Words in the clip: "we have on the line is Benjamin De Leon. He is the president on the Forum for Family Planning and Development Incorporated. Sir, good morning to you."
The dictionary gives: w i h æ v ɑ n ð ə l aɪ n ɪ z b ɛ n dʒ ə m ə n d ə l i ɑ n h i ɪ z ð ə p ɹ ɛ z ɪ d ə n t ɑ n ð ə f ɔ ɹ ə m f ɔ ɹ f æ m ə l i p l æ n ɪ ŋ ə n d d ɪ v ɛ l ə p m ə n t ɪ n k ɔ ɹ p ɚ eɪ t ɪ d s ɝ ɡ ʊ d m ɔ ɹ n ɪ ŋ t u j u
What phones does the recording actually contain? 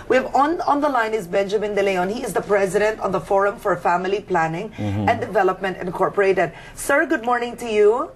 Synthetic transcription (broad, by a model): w i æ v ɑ n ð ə l aɪ n ɪ z b ɛ n dʒ ə m ə n d ə l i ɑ n h i ɪ z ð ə p ɹ ɛ z ɪ d ə n t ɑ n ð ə f ɔ ɹ ə m f ɔ ɹ f æ m ə l i p l æ n ɪ ŋ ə n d d ɪ v ɛ l ə p m ə n t ɪ n k ɔ ɹ p ɚ eɪ t ɪ d s ɝ ɡ ʊ d m ɔ ɹ n ɪ ŋ t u j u